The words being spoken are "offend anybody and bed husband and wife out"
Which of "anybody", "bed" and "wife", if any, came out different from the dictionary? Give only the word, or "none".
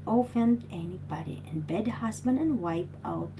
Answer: wife